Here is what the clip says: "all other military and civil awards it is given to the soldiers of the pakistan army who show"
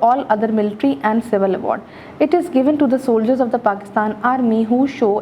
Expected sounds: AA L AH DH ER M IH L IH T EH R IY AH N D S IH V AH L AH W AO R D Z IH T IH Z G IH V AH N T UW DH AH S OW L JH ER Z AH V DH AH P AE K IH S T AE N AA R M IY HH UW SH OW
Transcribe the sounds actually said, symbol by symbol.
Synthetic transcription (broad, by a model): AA L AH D ER M IH L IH T R IY AH N D S IH V AH L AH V AO R D IH T IH Z G IH V AH N T UW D AH S OW L JH ER Z AH V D AH P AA K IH S T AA N AA R M IY HH UW SH OW